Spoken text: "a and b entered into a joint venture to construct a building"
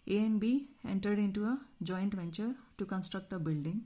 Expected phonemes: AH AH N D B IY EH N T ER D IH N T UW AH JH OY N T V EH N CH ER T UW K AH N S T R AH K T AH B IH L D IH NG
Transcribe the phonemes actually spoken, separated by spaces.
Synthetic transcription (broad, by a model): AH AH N B IY EH N T ER D IH N T UW AH JH OY N T V EH N CH ER T UW K AH N S T R AH K T AH B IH L D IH NG